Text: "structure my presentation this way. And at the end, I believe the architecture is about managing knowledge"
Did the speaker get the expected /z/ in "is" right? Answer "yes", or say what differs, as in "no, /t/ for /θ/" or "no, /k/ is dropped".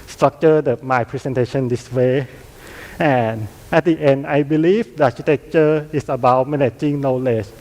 no, /s/ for /z/